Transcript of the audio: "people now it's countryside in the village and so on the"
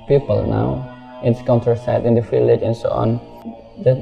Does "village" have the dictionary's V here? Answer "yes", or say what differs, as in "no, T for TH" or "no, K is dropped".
no, F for V